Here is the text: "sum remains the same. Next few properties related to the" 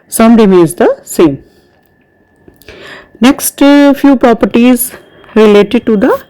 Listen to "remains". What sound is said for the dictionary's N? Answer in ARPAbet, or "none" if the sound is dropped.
none